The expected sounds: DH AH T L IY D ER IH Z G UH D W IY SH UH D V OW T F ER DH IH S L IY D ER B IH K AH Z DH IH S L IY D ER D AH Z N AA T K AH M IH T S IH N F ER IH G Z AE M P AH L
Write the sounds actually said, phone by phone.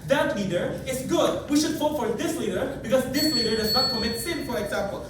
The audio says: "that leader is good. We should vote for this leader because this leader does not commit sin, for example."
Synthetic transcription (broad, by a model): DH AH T L IY D ER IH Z G UH D W IY SH UH D F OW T F ER DH IH S L IY D ER B IH K AH Z DH IH S L IY D ER D AH Z N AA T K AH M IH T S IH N F ER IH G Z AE M P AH L